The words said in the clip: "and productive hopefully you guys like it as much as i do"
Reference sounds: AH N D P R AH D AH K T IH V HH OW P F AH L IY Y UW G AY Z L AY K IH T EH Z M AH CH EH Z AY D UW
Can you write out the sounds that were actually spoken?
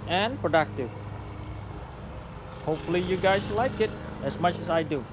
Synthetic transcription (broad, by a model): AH N P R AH D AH K T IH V HH OW P F AH L IY Y UW G AY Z L AY K IH T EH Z M AH CH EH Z AY D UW